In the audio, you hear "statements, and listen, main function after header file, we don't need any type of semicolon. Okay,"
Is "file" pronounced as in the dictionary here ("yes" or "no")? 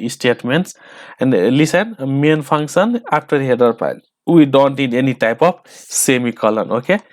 no